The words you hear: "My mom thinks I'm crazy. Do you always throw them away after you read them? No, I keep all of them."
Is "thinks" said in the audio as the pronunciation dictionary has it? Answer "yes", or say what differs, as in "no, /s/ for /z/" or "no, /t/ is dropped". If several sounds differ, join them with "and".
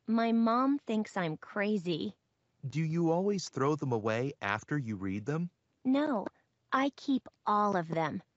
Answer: yes